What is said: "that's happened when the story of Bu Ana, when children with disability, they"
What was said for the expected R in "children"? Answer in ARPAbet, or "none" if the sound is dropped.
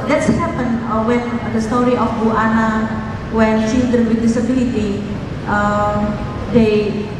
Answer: none